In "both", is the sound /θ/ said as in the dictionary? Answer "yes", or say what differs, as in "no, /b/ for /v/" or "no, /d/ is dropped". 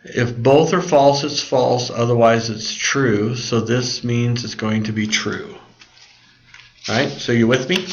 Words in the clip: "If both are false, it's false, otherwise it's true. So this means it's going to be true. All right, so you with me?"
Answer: yes